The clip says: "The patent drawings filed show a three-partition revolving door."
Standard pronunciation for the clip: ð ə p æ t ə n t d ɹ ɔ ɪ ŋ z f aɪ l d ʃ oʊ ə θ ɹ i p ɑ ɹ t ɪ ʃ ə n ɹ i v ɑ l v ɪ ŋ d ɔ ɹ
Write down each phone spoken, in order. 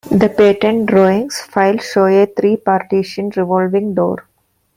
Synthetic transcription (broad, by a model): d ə p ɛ t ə n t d ɹ ɔ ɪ ŋ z f aɪ l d ʃ oʊ ə t ɹ i p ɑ ɹ t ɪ ʃ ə n ɹ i v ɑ l v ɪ ŋ d ɔ ɹ